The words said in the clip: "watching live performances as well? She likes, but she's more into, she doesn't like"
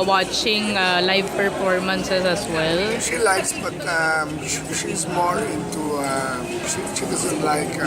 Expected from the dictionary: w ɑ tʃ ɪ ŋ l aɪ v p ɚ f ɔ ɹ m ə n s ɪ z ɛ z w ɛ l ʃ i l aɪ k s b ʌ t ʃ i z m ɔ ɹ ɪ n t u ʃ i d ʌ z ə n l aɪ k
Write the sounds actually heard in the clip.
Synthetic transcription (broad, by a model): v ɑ tʃ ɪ ŋ l aɪ v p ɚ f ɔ ɹ m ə n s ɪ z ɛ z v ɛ l ʃ i l aɪ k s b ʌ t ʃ i s m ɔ l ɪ n t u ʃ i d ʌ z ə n l aɪ k